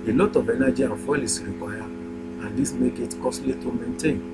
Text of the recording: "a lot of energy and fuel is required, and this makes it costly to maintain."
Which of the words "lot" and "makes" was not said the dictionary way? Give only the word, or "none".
makes